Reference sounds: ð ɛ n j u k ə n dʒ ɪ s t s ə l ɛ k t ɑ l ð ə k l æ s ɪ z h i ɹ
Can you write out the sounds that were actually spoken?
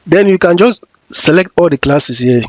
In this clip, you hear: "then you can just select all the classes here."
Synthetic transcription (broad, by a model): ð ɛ n j u k ə n dʒ ɪ s t s ə l ɛ k t ɑ l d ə k l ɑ s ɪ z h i